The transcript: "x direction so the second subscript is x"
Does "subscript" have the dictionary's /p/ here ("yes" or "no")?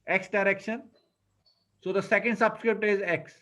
yes